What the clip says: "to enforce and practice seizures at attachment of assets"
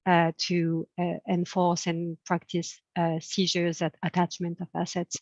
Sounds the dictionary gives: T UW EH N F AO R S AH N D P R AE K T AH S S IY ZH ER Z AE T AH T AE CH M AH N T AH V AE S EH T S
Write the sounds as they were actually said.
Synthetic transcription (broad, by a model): T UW EH N F AO R S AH N P R AE K T AH S S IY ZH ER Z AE T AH T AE CH M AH N T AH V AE S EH T S